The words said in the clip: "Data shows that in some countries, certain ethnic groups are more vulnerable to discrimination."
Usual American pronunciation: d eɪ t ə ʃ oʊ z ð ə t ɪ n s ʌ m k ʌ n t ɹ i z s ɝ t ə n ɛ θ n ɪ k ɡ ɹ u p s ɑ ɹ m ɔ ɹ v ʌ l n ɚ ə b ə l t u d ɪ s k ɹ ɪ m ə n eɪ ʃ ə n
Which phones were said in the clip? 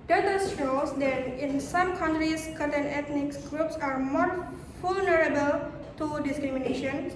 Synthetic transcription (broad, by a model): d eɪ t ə s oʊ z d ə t ɪ n s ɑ m k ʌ n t ɹ i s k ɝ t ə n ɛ t n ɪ k ɡ ɹ u p s ɑ ɹ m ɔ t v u l n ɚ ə b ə l t u d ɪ s k ɹ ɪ m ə n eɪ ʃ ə n